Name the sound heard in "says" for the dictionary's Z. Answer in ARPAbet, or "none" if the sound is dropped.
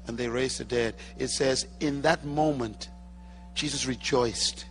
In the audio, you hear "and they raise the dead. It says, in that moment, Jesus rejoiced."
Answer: Z